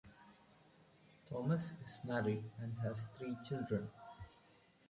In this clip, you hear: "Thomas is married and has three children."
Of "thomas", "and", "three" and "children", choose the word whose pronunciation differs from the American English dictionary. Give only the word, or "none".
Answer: three